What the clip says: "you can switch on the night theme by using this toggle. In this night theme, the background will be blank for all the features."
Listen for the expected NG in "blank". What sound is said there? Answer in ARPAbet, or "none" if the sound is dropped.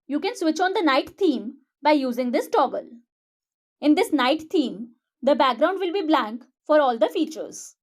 NG